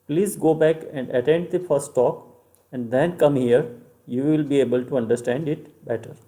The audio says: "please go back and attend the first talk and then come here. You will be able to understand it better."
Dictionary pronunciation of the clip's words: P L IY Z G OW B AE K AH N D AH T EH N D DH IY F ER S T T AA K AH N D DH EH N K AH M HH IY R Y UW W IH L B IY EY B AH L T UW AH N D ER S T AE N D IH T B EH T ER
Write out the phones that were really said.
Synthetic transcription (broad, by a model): P L IY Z G OW B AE K AH N D AH T EH N D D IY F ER S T T AA K AH N D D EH N K AH M HH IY R Y UW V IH L B IY EY B AH L T UW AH N D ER S T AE N D IH T B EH T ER